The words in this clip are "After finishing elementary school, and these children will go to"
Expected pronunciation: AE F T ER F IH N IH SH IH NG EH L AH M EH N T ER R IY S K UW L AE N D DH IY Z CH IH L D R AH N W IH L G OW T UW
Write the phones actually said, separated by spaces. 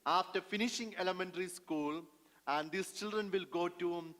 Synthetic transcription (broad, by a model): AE F T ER F IH N IH SH IH NG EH L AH M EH N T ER R IY S K UW L AE N D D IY S CH IH L D R AH N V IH L G OW T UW